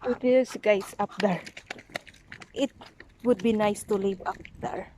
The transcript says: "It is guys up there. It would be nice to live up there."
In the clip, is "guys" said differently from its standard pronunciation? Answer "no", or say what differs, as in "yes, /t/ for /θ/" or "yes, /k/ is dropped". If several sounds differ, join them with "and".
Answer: yes, /s/ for /z/